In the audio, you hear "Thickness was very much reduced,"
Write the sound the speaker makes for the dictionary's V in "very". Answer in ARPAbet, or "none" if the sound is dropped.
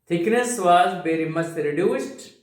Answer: B